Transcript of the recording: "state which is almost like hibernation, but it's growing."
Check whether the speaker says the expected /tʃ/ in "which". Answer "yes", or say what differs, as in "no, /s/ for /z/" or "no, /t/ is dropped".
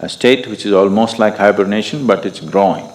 yes